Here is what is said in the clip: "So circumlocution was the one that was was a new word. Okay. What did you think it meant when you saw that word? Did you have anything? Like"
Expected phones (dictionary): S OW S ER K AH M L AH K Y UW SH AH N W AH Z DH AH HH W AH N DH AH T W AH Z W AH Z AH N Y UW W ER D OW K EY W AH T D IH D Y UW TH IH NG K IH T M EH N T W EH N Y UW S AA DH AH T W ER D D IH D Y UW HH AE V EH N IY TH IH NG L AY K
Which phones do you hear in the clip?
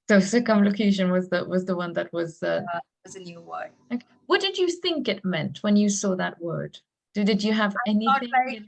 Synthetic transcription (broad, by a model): S OW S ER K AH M L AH K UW SH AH N W AH Z DH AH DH W AH N DH AH T W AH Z W AH Z AH N Y UW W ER OW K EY W AH T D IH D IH TH IH NG K IH T M EH N T W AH N Y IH S AA DH AH T W ER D D IH D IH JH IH V EH N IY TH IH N